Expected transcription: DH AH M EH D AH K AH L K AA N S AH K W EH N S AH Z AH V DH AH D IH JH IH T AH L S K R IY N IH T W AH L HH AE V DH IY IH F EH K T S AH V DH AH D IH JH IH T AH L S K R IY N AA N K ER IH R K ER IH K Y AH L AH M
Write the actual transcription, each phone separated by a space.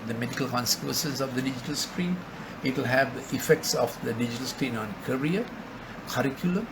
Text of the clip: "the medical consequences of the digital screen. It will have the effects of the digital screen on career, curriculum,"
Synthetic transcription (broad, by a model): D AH M EH D AH K AH L K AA N S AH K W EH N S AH S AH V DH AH D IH JH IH T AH L S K R IY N IH T W AH L HH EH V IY F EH K T S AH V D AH D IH JH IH T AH L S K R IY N AA N K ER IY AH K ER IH K Y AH L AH M